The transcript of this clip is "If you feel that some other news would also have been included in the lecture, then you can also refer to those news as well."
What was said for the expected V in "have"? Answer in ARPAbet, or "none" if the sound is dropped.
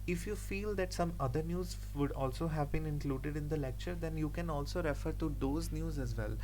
V